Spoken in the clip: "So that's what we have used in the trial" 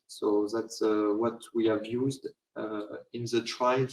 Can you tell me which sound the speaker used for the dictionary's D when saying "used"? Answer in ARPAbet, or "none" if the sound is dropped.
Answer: D